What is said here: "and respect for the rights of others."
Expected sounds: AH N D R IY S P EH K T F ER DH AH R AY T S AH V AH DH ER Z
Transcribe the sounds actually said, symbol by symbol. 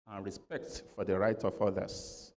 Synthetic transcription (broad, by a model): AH N R IY S P EH K T F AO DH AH R AY T AH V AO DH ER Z